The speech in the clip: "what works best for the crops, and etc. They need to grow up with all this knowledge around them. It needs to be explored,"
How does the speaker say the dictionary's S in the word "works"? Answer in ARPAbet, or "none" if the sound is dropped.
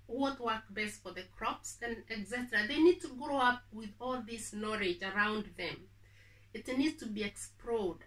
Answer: none